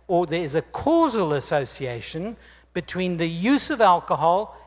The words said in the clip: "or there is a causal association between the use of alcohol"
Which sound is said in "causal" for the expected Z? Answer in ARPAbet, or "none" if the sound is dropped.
Z